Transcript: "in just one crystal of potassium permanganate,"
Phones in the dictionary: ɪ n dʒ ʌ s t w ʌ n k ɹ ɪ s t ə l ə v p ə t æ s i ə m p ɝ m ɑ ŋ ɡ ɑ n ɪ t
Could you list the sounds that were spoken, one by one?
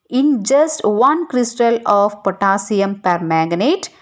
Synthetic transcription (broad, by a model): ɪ n dʒ ʌ s t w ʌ n k ɹ ɪ s t ə l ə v p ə t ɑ s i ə m p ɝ m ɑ ɡ n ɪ t